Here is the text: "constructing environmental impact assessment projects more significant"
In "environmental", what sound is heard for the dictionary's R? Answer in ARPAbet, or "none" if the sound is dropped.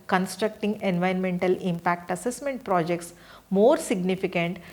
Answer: none